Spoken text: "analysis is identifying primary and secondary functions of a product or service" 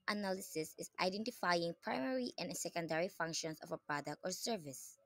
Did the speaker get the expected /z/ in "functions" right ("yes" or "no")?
no